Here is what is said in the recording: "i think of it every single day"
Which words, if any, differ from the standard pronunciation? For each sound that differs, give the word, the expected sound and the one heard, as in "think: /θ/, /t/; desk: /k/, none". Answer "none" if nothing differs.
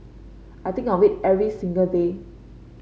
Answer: think: /θ/, /t/; of: /v/, /w/